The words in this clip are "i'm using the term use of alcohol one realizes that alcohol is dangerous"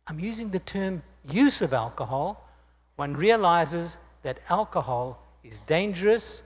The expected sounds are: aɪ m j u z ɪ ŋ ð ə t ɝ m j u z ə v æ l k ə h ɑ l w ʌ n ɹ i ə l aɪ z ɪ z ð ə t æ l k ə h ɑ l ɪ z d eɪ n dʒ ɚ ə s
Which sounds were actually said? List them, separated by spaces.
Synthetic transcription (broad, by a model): aɪ m j u z ɪ ŋ ð ə t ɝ m j u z ə v æ l k ə h ɑ l w ʌ n ɹ i ə l aɪ z ɪ z ð ə t æ l k ə h ɑ l ɪ z d eɪ n dʒ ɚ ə s